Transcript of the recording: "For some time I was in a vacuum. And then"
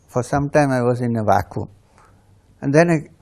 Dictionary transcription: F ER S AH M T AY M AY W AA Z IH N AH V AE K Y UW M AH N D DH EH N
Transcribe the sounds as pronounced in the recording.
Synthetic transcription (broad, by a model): F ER S AH M T AY M AY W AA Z IH N AH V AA K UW AH N D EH N